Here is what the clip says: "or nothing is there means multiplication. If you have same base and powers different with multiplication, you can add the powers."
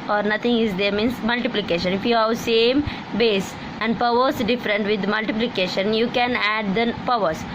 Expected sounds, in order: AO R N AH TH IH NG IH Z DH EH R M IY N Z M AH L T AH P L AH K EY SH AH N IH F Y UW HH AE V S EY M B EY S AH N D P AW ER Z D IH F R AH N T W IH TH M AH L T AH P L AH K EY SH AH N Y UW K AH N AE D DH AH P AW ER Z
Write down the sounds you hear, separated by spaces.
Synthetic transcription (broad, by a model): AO R N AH T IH NG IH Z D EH R M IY N S M AH L T AH P L AH K EY SH AH N IH F Y UW HH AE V S EY M B EY S AH N D P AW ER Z D IH F R AH N T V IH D M AH L T AH P L AH K EY SH AH N Y UW K AH N AE D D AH P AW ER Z